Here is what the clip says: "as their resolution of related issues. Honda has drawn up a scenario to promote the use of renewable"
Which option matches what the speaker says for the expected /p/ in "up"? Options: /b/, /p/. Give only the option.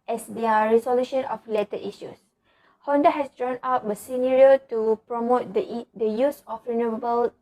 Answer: /b/